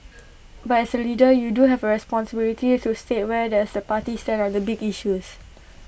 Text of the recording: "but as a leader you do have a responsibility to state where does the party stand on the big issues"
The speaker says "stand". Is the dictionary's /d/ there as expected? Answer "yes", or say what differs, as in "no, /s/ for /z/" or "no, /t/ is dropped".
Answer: no, /d/ is dropped